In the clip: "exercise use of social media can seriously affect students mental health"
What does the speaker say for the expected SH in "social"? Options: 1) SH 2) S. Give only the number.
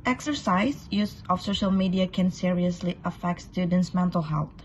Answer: 1